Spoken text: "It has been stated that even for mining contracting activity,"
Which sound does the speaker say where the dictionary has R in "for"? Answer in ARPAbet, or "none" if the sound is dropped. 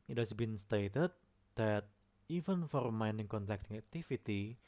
R